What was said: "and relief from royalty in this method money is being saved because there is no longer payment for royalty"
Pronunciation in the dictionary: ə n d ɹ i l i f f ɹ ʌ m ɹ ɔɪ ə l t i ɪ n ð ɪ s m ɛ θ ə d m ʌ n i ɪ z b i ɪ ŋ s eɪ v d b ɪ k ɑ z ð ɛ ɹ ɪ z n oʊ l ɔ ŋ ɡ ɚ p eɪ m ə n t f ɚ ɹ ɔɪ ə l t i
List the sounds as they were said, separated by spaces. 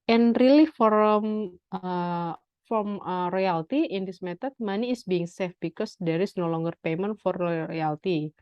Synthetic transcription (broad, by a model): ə n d ɹ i l i f f ɹ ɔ m ɹ ɔɪ ə l t i ɪ n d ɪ s m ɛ t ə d m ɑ n i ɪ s b i ɪ ŋ s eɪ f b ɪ k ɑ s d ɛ ɹ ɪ s n oʊ l ɔ ŋ ɡ ɚ p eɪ m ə n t f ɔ ɹ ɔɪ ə l t i